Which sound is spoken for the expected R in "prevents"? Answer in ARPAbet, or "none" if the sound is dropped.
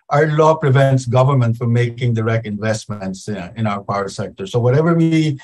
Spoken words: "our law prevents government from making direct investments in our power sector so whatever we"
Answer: R